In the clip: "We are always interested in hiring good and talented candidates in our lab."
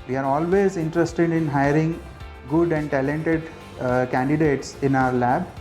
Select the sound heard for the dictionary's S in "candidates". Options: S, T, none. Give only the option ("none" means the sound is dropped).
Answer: S